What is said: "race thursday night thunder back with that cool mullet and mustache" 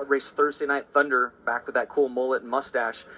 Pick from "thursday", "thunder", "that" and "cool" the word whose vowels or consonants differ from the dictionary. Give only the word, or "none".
none